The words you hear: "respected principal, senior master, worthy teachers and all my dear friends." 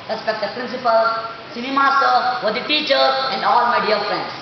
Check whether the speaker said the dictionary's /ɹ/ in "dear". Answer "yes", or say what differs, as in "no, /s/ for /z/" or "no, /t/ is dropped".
no, /l/ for /ɹ/